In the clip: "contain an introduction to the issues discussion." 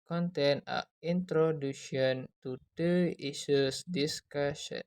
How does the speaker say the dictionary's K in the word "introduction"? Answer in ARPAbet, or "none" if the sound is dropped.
none